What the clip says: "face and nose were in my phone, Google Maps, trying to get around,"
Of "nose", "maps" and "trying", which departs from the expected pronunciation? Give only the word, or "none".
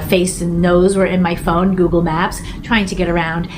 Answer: none